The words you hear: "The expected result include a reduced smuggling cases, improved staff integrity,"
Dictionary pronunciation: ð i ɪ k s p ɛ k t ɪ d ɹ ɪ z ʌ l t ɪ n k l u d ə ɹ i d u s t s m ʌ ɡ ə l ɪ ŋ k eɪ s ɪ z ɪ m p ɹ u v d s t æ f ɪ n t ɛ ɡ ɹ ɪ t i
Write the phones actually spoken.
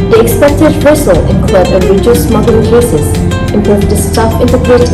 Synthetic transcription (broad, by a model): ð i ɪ k s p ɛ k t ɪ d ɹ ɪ s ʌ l ɪ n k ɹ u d ə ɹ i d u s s m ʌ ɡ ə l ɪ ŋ k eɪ s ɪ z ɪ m p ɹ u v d s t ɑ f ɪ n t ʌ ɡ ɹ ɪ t